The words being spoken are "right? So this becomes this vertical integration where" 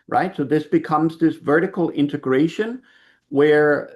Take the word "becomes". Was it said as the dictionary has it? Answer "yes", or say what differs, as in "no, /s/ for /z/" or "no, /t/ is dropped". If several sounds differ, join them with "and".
yes